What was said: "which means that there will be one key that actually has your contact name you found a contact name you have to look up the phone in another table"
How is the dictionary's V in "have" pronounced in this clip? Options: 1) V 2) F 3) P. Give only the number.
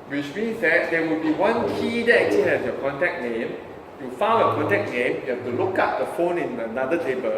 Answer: 2